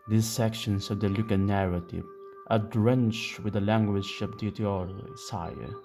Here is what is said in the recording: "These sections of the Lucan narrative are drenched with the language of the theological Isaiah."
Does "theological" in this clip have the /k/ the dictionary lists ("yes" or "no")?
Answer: no